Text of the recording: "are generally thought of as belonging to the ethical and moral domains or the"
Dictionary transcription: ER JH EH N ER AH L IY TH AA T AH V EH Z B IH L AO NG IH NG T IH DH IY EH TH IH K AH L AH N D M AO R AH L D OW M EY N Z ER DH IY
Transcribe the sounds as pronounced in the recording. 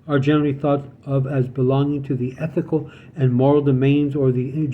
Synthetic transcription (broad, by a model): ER JH EH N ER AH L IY TH AA T AH V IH Z B IH L AO NG IH NG T IH DH IY EH TH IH K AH L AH N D M AO R L D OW M EY N Z ER DH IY